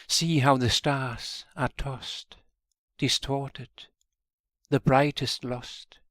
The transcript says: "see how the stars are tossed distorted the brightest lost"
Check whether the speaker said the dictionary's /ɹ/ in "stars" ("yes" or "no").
yes